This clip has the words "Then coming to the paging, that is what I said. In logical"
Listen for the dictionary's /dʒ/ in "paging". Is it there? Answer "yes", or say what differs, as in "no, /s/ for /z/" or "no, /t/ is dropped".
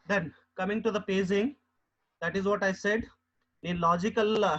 no, /z/ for /dʒ/